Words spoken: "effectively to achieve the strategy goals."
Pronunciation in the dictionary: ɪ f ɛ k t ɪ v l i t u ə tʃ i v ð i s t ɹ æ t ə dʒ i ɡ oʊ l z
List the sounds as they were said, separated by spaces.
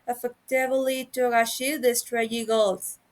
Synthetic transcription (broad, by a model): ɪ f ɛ k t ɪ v l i t u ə ʃ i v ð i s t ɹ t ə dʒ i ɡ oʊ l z